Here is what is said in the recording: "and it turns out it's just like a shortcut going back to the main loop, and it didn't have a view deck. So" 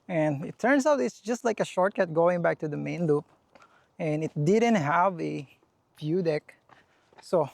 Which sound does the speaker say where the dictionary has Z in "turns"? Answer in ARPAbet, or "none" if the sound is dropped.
S